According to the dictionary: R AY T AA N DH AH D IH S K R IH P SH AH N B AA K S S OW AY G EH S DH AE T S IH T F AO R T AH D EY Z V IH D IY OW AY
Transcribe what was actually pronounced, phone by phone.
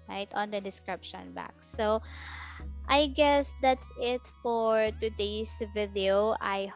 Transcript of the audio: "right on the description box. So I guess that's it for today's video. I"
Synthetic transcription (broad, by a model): R AY T AA N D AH D IH S K R IH P SH AH N B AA K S S OW AY G EH S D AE T S IH T F AO R T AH D EY S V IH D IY OW AY